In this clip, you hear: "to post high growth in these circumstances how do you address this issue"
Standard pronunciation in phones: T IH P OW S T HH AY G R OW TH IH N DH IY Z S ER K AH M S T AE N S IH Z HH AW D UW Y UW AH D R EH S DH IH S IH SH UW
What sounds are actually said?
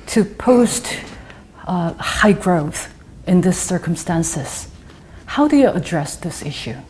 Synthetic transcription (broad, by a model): T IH P OW S T HH AY G R OW TH IH N DH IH S ER K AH M S T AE N S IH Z HH AW D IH Y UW AH D R EH S DH IH S IH SH UW